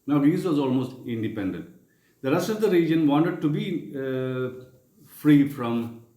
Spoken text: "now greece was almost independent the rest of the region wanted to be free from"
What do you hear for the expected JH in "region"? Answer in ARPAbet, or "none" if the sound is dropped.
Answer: JH